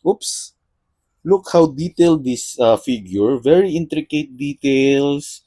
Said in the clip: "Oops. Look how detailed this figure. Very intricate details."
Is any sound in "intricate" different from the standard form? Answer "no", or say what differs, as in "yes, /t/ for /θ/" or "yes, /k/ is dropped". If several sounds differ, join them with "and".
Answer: no